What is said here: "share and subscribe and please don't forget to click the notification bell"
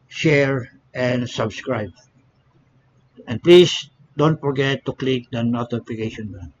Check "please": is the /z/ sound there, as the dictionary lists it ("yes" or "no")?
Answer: no